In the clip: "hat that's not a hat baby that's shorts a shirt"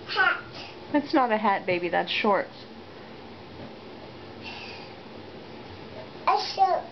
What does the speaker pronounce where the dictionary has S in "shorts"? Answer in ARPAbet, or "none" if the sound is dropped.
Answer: none